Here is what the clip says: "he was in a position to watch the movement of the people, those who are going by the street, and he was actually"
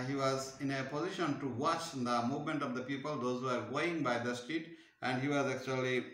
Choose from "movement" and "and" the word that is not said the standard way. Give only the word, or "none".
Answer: none